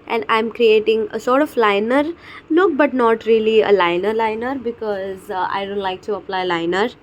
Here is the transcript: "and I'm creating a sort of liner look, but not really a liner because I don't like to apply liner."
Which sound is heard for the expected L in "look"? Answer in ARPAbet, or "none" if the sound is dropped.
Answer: N